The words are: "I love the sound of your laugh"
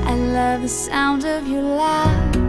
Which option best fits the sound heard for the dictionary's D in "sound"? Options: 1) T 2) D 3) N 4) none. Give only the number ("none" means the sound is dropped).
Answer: 2